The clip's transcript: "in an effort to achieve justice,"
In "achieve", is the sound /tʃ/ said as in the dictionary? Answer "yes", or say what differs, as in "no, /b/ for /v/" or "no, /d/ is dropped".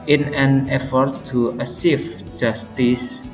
no, /s/ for /tʃ/